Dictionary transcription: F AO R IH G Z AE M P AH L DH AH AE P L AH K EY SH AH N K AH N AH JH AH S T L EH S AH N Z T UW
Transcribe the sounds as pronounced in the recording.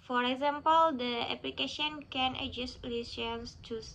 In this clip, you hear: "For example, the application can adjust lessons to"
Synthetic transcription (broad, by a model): F AO R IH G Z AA M P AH L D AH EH P L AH K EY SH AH N K AH N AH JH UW S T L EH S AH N S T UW